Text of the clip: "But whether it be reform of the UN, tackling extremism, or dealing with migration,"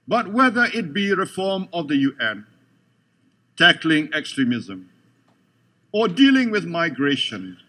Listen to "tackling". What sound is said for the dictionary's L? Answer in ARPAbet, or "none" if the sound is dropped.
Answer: L